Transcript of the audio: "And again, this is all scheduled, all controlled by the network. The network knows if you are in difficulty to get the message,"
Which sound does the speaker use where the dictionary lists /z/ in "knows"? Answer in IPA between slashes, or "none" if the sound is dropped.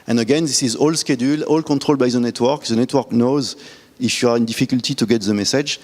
/z/